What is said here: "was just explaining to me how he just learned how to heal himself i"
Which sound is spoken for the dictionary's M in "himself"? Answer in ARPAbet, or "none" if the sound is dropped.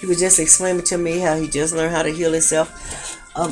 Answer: none